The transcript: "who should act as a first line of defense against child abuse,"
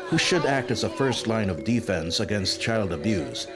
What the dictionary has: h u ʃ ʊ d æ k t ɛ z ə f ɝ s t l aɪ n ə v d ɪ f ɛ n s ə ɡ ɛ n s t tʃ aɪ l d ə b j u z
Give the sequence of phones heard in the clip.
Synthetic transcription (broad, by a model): h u ʃ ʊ d æ k t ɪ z ə f ɝ s t l aɪ n ə v d ɪ f ɛ n s ə ɡ ɛ n s t tʃ aɪ l d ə b j u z